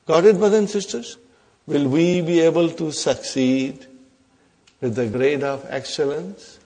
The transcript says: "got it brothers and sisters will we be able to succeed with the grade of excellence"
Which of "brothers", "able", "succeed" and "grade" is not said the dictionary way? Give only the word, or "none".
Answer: brothers